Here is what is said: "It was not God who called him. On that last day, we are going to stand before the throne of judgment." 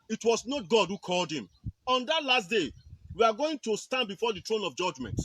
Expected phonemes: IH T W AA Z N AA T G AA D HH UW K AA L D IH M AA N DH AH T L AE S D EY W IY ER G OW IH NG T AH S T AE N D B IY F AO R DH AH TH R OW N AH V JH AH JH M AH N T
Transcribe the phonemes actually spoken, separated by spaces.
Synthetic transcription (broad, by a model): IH T W AA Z N AA T G AA D HH UW K AA L D IH M AA N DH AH T L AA S D EY W IY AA G OW IH NG T AH S T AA N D B IY F AO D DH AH T R OW N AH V JH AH JH M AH N T